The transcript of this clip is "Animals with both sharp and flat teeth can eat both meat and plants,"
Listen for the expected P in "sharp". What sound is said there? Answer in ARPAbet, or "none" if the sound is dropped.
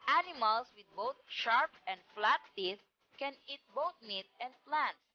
P